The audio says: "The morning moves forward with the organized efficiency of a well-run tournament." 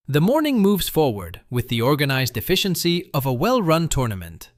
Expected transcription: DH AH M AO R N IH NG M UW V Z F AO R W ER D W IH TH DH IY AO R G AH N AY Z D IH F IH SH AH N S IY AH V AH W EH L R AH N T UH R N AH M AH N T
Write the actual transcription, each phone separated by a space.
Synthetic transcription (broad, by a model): DH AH M AO R N IH NG M UW V Z F AO R W ER D W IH DH IY AO R G AH N AY Z D IH F IH SH AH N S IY AH V AH W EH L R AH N T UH R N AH M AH N T